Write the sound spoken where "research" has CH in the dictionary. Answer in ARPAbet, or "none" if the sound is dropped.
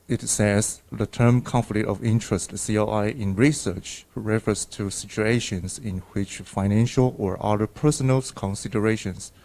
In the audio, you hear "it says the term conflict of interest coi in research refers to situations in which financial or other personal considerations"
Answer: CH